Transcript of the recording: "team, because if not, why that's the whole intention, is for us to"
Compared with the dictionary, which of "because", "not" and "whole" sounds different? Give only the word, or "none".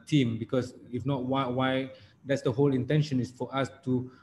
because